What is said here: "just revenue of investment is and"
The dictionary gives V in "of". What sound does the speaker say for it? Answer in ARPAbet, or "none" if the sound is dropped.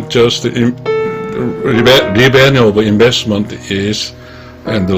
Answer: B